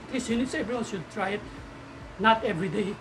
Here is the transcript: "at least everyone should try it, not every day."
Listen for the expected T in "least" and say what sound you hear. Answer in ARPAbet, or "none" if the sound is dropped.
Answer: none